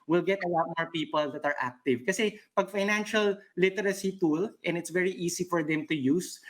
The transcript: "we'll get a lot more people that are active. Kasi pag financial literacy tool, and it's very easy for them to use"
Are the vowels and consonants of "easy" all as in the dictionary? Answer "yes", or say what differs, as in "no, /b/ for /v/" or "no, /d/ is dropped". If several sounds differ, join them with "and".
no, /s/ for /z/